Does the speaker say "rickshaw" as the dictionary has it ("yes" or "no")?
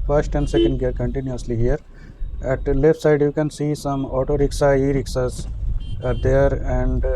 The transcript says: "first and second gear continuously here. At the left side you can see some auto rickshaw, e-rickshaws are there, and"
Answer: no